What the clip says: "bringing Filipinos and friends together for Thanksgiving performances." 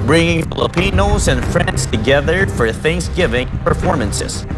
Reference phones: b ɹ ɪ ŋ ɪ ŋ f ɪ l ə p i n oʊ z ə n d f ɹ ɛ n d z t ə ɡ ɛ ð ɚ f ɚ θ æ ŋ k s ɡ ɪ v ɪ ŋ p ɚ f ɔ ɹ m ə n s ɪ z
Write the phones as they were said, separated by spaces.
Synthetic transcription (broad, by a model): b ɹ ɪ ŋ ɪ ŋ f ɪ l ə p i n oʊ z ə n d f ɹ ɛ n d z t ə ɡ ɛ ð ɚ f ɚ θ æ ŋ k s ɡ ɪ v ɪ ŋ p ɚ f ɔ ɹ m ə n s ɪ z